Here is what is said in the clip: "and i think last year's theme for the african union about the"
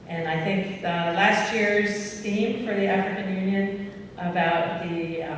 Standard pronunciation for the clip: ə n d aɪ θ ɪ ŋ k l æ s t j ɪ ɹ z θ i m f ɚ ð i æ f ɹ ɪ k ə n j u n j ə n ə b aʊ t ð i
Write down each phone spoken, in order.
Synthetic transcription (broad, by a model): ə n aɪ θ ɪ ŋ k l æ s t j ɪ ɹ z t i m f ɚ ð i æ f ɹ ɪ k ə n j u n j ə n ə b aʊ t ð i